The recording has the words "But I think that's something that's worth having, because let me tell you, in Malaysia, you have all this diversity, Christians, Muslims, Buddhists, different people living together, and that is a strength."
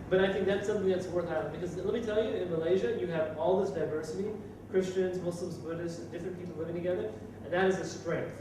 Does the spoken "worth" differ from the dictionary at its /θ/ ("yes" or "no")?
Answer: no